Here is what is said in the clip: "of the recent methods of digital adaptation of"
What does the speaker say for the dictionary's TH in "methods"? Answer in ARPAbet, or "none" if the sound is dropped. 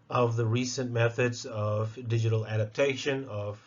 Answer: TH